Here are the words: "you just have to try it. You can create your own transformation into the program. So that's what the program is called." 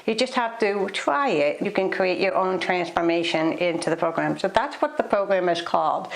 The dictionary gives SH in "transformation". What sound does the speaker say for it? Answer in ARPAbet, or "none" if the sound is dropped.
SH